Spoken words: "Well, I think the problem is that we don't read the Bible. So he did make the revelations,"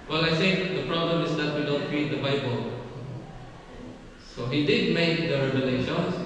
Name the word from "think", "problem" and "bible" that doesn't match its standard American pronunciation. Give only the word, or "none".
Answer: think